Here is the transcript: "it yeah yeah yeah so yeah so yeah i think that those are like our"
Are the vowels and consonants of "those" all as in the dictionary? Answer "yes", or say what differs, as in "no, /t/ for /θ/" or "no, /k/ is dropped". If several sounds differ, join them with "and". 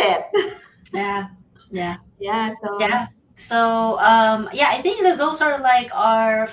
no, /s/ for /z/